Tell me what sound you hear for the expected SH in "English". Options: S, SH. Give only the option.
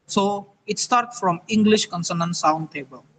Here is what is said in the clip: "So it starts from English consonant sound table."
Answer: SH